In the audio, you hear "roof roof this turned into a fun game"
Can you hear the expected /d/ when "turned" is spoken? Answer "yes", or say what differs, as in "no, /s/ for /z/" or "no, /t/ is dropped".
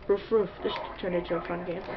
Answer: no, /d/ is dropped